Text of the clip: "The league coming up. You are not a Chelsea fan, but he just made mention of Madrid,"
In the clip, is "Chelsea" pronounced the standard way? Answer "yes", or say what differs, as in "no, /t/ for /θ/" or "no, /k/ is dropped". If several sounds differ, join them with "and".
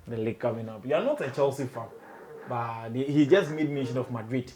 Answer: yes